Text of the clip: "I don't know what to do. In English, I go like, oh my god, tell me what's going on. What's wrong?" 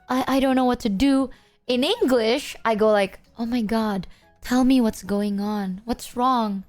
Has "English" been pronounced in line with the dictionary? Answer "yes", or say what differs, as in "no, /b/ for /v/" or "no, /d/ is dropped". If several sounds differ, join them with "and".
yes